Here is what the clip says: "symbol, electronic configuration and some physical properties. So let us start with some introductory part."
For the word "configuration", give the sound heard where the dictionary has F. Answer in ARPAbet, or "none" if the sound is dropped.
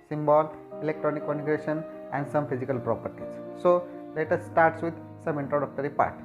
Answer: none